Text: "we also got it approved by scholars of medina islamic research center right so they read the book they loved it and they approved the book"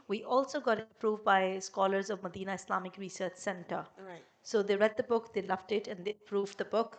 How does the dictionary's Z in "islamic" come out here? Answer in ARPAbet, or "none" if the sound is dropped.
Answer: S